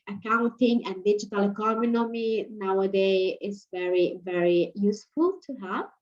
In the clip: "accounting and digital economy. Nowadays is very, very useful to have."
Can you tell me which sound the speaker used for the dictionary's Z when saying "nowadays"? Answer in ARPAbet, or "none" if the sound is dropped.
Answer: none